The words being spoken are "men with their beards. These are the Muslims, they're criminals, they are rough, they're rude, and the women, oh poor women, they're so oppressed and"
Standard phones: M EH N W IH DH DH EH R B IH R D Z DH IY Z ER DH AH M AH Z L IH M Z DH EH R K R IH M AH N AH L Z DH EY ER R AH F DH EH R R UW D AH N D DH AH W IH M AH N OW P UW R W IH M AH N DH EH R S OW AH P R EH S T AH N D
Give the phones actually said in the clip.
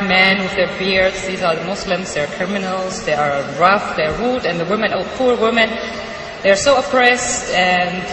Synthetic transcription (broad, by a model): M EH N W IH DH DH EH R B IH R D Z DH IY Z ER DH AH M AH S L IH M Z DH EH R K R IH M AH N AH L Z DH EY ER R AH F DH EH R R UW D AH N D DH AH W IH M AH N OW P UW R W IH M AH N DH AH R S OW AH P R EH S T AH N